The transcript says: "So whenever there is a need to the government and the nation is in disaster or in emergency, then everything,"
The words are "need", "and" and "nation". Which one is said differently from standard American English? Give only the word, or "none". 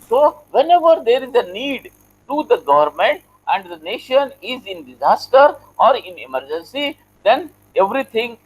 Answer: none